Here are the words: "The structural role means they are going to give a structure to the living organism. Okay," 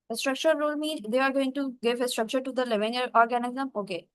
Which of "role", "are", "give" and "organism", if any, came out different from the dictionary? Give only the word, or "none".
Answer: none